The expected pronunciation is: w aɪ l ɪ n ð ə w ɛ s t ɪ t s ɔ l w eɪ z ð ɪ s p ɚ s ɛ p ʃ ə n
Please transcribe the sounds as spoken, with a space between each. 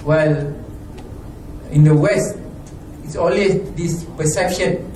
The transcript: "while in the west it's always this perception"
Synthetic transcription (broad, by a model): w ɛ l ɪ n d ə w ɛ s t ɪ t s ɔ l w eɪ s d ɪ s p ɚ s ɛ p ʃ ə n